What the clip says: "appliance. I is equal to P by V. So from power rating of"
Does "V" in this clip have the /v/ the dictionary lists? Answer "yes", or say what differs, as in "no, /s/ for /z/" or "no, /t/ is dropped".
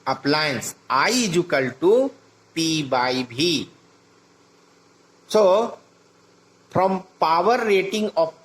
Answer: no, /b/ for /v/